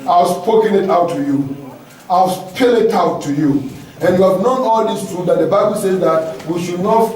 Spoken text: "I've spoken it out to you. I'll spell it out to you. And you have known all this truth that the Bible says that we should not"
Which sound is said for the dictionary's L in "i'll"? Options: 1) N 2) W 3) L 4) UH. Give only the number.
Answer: 2